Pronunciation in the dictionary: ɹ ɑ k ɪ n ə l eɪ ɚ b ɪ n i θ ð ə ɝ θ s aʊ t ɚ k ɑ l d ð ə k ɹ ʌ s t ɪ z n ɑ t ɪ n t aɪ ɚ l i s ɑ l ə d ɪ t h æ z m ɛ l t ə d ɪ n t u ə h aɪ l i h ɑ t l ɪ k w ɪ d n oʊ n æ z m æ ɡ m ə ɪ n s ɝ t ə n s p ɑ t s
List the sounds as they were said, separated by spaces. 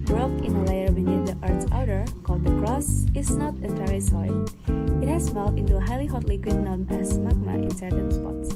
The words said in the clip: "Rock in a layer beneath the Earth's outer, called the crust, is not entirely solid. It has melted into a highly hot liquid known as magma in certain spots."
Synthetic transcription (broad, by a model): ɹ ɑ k ɪ n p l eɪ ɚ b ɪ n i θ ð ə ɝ t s aʊ t ɚ k ɑ l d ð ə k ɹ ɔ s ɪ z n ɑ t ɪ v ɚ i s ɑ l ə ɪ t h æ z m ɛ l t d ɪ n t u ə h aɪ l i h ɑ t l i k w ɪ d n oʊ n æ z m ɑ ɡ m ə ɪ n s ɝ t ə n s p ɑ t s